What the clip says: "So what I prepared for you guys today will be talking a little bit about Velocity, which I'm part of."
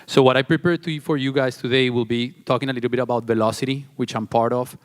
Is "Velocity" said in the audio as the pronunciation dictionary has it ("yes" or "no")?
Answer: yes